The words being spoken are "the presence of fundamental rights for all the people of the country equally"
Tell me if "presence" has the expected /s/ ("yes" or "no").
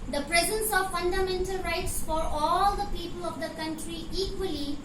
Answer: yes